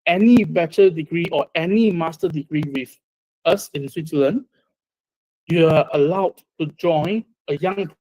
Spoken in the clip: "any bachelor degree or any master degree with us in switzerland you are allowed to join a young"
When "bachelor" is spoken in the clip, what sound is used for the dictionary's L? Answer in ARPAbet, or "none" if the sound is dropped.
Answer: none